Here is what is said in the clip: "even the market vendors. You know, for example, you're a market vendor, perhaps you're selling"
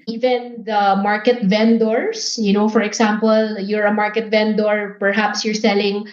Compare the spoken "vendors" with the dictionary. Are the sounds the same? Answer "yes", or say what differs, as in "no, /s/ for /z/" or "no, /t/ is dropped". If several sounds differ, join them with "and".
no, /s/ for /z/